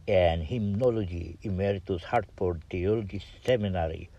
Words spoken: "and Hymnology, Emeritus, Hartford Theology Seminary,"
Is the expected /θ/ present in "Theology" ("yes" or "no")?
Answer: no